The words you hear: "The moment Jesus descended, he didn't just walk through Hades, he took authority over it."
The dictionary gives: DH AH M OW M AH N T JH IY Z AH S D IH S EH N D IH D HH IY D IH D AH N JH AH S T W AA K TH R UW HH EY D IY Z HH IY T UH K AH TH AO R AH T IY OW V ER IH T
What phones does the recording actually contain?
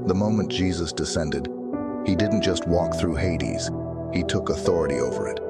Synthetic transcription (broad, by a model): DH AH M OW M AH N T JH IY Z AH S D IH S EH N D IH D HH IY D IH D N JH AH S T W AA K TH R UW HH EY D IY Z HH IY T UH K AH TH AO R AH T IY OW V ER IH T